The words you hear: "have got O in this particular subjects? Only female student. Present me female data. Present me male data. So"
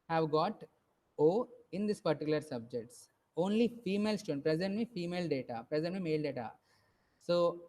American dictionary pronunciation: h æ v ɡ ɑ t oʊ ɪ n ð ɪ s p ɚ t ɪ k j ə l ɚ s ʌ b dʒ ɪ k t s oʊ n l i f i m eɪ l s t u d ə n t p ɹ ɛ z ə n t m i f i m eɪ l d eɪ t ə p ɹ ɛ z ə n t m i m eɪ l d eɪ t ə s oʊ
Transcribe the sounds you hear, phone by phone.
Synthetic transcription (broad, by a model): h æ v ɡ ɑ t oʊ ɪ n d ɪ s p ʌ t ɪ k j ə l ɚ s ʌ b dʒ ɪ k t s oʊ n l i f i m eɪ l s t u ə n p ɹ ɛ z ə n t m i f i m eɪ l d eɪ t ə p ɹ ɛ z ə n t m i m eɪ l d eɪ t ə s oʊ